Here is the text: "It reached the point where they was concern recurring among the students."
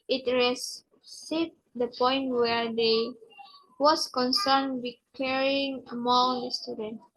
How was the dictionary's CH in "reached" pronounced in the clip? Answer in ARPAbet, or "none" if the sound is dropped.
S